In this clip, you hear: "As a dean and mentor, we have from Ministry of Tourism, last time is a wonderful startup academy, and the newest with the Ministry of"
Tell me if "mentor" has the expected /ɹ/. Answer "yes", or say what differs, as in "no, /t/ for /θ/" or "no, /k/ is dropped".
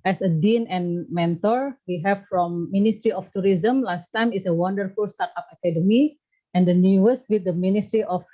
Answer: yes